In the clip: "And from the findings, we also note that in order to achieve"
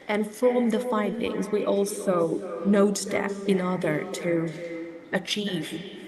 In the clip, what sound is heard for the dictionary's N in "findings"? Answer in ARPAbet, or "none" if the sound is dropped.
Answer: N